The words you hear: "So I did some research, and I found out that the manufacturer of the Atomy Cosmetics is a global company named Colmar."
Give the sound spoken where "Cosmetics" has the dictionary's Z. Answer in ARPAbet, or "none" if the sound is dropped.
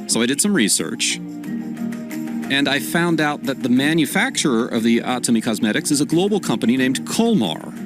Z